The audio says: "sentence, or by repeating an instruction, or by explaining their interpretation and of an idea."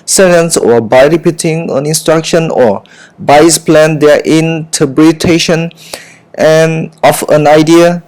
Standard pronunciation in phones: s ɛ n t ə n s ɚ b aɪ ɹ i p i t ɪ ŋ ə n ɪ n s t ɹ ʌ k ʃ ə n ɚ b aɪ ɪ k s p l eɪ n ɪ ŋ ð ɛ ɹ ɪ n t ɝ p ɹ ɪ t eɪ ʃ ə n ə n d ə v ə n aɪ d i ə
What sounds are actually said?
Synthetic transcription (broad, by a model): s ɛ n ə n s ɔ b aɪ ɹ i p i t ɪ ŋ ə n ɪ n s t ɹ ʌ k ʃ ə n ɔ b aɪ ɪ s p l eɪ n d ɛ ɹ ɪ n t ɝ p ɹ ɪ t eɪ ʃ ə n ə n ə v ə n aɪ d i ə